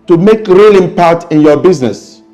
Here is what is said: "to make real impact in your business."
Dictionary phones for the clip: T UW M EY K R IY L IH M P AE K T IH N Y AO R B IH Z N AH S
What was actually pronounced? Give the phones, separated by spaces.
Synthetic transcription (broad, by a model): T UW M EY K R IY L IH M P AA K T IH N Y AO B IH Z N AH S